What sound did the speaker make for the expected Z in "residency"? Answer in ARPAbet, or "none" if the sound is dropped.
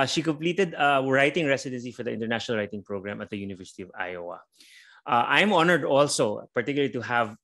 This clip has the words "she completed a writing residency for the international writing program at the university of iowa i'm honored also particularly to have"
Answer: S